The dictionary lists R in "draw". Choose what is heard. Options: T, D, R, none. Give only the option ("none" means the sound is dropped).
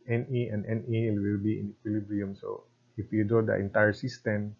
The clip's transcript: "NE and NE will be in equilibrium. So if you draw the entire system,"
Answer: none